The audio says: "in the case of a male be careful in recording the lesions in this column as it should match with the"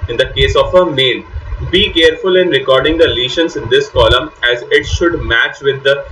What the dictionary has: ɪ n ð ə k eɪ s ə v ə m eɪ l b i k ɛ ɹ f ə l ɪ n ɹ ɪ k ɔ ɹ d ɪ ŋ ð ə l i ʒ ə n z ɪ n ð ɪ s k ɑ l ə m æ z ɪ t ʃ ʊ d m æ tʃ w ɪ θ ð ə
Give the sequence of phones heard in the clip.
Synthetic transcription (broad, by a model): ɪ n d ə k eɪ s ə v ə m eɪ n b i k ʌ ɹ f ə l ɪ n ɹ ɪ k ɔ ɹ d ɪ ŋ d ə l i ʃ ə n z ɪ n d ɪ s k ɑ l ə m æ z ɪ t ʃ ʊ d m æ tʃ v ɪ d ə